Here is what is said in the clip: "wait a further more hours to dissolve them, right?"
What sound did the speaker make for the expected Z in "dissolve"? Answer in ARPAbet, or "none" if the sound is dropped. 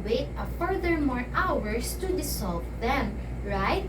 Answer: S